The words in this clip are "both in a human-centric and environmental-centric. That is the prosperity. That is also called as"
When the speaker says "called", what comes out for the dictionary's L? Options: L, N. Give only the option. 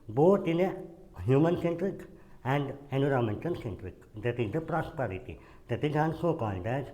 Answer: N